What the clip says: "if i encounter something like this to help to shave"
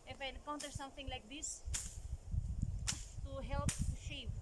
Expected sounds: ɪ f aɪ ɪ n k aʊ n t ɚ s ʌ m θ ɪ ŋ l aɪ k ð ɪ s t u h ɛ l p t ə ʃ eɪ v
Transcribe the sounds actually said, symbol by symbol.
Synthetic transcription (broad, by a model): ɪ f aɪ ɪ n k aʊ n t ɚ s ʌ m t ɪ ŋ l aɪ k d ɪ s t u h ɛ l p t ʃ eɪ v